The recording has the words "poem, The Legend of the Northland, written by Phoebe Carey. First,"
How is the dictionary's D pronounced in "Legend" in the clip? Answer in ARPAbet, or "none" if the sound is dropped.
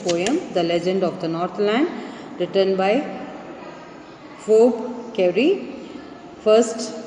D